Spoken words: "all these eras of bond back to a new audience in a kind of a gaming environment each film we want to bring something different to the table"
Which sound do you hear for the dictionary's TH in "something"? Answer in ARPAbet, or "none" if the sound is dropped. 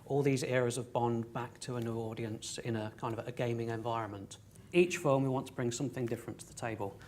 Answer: TH